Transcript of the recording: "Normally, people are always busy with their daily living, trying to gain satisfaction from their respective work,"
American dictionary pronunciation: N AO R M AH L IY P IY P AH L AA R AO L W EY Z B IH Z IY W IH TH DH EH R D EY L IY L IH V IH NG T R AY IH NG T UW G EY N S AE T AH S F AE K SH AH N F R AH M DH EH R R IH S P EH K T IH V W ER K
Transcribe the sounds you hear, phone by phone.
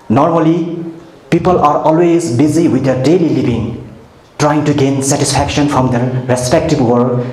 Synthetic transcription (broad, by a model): N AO R M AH L IY P IY P AH L AA R AO L W EY Z B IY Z IY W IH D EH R D EY L IY L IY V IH NG T R AY IH NG T UW G EY N S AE T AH S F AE K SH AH N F R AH M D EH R R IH S P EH K T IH B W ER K